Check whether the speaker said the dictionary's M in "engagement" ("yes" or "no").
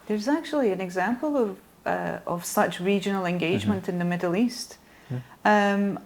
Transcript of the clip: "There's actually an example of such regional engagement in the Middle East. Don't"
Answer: yes